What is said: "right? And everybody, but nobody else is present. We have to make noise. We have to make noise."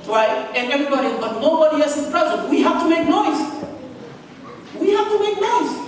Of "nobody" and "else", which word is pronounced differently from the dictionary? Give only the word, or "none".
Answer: else